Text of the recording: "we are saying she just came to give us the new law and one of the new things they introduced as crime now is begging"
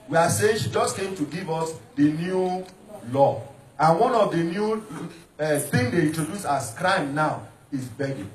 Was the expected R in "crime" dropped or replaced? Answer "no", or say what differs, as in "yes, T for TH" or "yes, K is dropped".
no